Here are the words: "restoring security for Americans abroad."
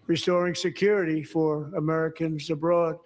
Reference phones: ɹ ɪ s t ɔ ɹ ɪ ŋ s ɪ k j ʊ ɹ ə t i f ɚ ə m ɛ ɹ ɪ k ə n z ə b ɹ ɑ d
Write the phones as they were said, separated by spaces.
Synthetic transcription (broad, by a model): ɹ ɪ s t ɔ ɹ ɪ ŋ s ɪ k j ʊ ɹ ə t i f ɚ ə m ɛ ɹ ɪ k ə n z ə b ɹ ɑ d